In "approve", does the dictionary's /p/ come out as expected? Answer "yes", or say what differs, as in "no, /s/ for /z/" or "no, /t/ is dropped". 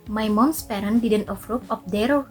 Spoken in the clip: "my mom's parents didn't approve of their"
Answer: no, /f/ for /p/